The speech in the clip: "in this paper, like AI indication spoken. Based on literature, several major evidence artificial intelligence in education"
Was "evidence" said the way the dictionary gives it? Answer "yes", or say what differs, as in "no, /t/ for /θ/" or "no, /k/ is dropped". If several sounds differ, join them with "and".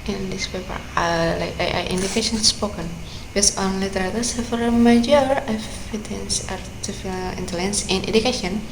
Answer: no, /f/ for /v/